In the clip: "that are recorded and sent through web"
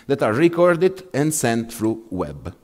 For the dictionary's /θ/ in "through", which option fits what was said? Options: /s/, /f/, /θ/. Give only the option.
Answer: /f/